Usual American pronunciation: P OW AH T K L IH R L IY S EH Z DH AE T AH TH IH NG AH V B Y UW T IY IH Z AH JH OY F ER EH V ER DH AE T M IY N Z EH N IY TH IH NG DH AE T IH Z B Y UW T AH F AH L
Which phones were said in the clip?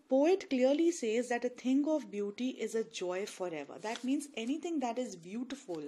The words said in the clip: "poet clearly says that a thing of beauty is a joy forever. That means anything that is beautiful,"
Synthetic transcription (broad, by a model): P OW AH T K L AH R L IY S EH Z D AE T AH T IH NG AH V B Y UW T IY IH Z AH JH OY F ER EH V ER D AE T M IY N Z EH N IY T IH NG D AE T IH Z B Y UW T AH F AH L